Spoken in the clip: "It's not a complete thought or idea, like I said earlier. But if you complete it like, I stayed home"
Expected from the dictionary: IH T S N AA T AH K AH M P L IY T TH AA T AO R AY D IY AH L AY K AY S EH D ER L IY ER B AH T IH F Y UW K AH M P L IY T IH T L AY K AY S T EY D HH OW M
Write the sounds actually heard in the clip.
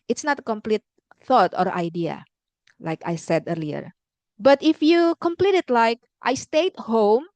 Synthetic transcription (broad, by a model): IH T S N AA T AH K AH M P L IY T TH AA T AO R AY D IY AH L AY K AY S EH D ER L IY ER B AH T IH F Y UW K AH M P L IY T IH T L AY K AY S T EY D HH OW M